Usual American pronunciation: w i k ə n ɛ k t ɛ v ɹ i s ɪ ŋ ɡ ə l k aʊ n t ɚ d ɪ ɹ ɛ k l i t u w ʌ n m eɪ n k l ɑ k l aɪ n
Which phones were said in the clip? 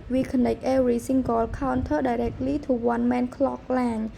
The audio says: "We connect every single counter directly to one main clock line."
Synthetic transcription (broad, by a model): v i k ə n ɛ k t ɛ ɹ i s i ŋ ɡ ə l k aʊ n t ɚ d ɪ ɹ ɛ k l i t u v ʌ n m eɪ n k l ɑ k l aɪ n